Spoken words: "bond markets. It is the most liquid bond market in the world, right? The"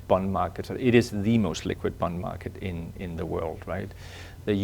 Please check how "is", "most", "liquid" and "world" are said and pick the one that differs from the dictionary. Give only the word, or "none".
none